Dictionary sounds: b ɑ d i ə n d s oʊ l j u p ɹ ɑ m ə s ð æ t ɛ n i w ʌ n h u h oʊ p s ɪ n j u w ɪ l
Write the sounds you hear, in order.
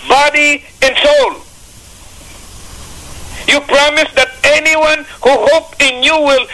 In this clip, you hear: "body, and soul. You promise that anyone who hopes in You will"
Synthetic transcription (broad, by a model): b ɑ d i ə n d s oʊ l j u p ɹ ɑ m ə s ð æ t ɛ n i w ʌ n h u h oʊ p ɪ n j u w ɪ l